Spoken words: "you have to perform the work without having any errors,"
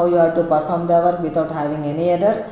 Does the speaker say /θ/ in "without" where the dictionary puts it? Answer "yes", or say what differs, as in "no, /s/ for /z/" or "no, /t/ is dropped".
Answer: no, /t/ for /θ/